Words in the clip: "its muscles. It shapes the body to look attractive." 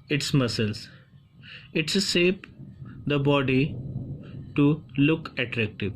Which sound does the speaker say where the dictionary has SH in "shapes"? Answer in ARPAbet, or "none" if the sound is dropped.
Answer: S